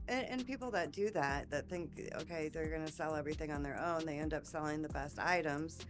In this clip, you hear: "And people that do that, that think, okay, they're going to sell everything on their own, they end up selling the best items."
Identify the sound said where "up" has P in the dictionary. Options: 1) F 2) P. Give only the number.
2